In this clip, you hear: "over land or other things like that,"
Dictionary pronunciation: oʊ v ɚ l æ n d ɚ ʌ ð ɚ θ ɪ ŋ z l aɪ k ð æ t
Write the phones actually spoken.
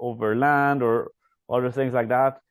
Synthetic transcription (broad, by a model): oʊ v ɚ l æ n d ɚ ʌ ð ɚ θ ɪ ŋ z l aɪ k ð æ t